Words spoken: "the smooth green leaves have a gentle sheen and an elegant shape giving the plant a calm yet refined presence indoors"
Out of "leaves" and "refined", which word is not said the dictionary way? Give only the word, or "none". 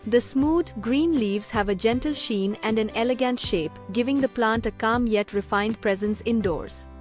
none